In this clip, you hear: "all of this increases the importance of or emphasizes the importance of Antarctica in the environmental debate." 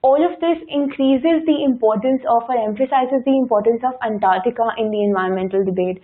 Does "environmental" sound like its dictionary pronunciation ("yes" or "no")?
no